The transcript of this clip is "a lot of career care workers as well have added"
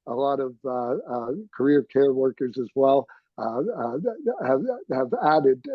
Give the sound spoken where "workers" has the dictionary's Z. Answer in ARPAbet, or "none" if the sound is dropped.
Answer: Z